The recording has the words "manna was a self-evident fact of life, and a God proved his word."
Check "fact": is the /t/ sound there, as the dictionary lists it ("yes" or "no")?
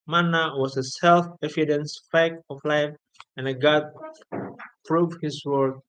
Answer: no